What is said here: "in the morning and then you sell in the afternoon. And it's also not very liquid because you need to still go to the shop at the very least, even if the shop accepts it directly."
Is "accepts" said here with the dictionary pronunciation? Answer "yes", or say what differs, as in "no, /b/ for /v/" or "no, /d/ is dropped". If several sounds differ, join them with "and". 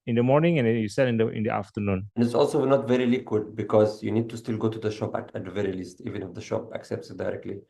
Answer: yes